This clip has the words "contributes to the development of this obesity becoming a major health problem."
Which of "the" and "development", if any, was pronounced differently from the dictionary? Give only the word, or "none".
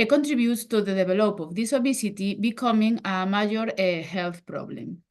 development